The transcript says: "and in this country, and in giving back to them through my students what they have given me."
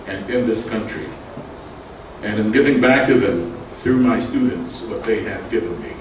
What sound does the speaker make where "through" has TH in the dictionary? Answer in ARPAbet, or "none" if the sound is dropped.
TH